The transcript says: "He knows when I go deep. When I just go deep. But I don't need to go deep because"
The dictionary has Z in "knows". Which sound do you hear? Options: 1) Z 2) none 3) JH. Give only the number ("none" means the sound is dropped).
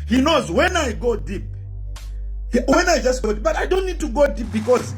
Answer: 1